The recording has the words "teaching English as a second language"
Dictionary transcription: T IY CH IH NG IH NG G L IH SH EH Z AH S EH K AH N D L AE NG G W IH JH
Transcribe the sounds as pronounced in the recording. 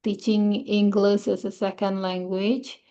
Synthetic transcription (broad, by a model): T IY CH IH NG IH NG G L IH S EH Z AH S EH K AH N D L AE NG G W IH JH